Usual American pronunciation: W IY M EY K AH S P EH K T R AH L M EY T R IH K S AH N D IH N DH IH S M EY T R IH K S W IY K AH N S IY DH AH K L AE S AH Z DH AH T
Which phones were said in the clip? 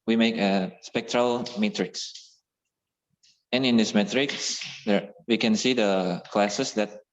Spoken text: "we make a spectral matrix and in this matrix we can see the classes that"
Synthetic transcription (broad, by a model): W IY M EY K AH S P EH K T R AH L M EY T R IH K S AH N IH N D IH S M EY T R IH K S W IY K AH N S IY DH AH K L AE S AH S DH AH T